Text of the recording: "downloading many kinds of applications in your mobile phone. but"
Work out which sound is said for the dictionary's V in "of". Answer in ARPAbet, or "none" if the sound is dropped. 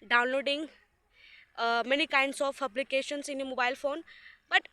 P